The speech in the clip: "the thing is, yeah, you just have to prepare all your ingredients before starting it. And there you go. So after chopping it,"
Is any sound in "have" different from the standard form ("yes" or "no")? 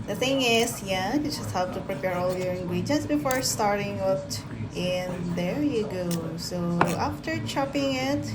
yes